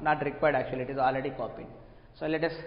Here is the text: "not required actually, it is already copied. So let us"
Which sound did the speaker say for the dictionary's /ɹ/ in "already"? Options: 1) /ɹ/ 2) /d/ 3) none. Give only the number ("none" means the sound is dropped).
1